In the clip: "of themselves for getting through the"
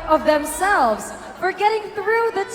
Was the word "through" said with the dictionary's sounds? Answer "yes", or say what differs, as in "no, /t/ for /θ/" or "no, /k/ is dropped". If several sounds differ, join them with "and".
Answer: yes